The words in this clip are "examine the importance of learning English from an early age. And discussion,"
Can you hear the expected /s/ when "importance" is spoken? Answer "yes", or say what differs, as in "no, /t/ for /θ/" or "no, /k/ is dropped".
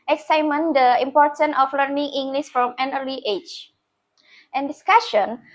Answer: no, /s/ is dropped